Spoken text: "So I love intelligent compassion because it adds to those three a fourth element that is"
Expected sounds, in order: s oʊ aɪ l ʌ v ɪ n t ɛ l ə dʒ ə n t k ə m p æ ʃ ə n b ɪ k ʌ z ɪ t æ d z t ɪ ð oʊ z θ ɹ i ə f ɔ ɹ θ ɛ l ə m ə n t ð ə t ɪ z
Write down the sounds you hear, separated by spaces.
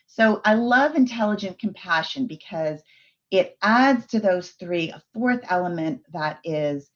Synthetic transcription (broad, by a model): s oʊ aɪ l ʌ v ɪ n t ɛ l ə dʒ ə n k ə m p æ ʃ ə n b ɪ k ʌ z ɪ t æ d z t ɪ ð oʊ z θ ɹ i ə f ɔ ɹ θ ɛ l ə m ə n ð ə t ɪ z